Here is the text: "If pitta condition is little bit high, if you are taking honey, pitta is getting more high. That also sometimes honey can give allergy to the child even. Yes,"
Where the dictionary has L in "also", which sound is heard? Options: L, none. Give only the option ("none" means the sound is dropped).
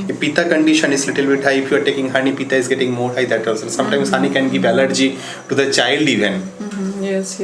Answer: none